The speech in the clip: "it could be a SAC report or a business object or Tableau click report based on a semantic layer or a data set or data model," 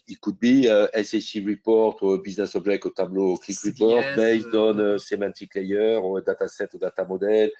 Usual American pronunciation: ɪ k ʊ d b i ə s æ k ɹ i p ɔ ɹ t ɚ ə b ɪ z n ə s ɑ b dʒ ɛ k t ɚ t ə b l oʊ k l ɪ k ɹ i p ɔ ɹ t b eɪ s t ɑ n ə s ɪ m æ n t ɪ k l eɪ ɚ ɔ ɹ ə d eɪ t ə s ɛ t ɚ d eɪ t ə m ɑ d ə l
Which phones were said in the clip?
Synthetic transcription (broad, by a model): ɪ k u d b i ə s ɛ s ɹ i p ɔ ɹ t ə b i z n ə s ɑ b ʒ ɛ k ɔ t ə b l oʊ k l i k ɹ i p ɔ ɹ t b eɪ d ɑ n ə s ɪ m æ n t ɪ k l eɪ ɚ ɹ ə d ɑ t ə s ɛ t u d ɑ t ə m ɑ d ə l